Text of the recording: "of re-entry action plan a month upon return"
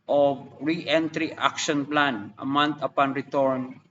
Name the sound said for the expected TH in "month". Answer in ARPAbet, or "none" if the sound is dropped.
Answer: T